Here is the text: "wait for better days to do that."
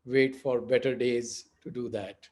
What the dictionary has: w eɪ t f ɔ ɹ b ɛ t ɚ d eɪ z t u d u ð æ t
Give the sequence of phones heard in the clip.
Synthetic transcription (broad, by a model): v eɪ t f ɔ ɹ b ɛ t ɚ d eɪ z t u d u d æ t